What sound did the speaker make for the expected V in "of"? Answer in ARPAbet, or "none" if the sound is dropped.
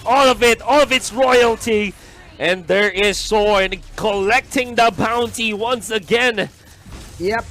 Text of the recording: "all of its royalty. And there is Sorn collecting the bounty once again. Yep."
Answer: V